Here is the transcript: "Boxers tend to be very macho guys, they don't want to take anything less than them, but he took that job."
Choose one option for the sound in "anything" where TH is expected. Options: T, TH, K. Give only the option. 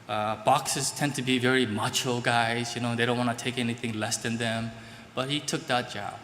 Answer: TH